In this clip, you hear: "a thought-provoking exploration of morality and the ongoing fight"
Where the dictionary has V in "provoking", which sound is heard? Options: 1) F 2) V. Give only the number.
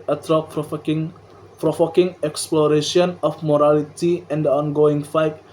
1